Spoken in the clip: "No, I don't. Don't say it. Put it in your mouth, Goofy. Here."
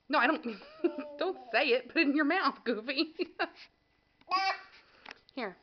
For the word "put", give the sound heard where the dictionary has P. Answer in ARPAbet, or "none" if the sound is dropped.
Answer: B